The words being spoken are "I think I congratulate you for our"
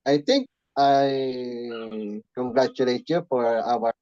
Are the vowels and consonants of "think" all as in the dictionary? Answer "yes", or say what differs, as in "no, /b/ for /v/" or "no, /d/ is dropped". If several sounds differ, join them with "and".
no, /t/ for /θ/